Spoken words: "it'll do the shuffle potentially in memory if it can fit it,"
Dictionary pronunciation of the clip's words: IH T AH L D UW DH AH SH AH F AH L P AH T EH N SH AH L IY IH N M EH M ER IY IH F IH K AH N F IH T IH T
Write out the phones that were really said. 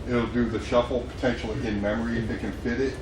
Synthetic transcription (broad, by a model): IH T L D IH DH AH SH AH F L P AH T EH N SH L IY IH N M EH M ER IY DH IH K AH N F IH T IH T